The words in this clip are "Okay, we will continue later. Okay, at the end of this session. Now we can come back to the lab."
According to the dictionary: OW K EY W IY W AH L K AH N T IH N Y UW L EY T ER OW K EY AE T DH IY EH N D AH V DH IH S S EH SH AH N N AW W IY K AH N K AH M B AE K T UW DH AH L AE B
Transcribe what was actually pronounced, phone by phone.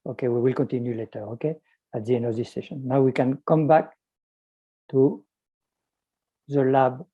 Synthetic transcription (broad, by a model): OW K EY W IY W AH L K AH N T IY N Y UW L EY T ER OW K EY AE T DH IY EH N AH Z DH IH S S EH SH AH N N AW W IY K AH N K AH M B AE K T UW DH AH L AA B